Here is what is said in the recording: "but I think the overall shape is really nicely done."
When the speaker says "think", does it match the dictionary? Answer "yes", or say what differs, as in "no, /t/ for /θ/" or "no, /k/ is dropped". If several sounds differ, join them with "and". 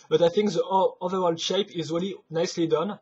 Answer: yes